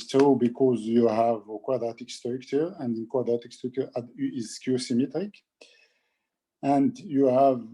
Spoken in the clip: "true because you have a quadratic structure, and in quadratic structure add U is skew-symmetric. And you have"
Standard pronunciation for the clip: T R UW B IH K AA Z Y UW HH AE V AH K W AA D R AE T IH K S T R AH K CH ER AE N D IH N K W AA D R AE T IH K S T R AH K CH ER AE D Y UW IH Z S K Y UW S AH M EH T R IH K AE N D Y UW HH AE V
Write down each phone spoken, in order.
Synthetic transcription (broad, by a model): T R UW B IH K AA Z Y UW HH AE V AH K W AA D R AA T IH K S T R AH K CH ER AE N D IH N K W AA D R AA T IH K S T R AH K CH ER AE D IH Z K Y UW S AH M EH T R IH K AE N D Y UW HH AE V